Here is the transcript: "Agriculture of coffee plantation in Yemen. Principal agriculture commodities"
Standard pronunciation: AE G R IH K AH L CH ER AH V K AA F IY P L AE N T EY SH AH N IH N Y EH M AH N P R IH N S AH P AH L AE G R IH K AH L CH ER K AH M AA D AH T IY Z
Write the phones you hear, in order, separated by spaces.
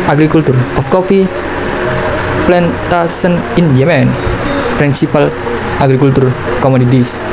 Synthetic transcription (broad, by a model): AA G R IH K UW L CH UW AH F K AA F IY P L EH N T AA S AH N IH N Y EH M AH N P R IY N S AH P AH L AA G R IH K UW L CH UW K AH M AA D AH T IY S